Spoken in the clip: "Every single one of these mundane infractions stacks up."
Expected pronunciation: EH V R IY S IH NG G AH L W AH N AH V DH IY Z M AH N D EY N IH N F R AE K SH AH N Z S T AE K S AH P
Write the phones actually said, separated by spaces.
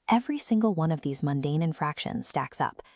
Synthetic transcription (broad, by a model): EH V R IY S IH NG G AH L W AH N AH V DH IY Z M AH N D EY N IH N F R AE K SH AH N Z S T AE K S AH P